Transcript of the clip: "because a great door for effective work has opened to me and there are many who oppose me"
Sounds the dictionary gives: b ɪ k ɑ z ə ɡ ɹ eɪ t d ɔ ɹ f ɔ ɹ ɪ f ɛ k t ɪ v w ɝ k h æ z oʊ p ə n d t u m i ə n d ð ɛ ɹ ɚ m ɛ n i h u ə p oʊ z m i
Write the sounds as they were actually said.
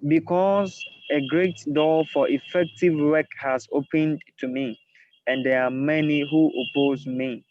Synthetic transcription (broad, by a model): b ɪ k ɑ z ə ɡ ɹ eɪ t d ɔ f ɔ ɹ ɪ f ɛ k t ɪ v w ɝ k h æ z oʊ p ə n d t u m i ə n d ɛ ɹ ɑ m ɛ n i h u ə p oʊ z m i